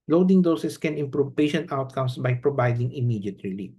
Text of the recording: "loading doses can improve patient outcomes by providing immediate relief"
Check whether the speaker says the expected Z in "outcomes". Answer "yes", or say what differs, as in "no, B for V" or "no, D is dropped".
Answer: no, S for Z